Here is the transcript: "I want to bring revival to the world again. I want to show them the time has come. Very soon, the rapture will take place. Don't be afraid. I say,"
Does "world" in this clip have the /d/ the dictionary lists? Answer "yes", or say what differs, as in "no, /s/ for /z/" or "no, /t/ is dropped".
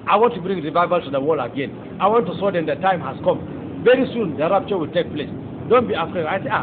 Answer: no, /d/ is dropped